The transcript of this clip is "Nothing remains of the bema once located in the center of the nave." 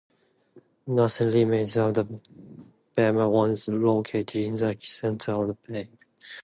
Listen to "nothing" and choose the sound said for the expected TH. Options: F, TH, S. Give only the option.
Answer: S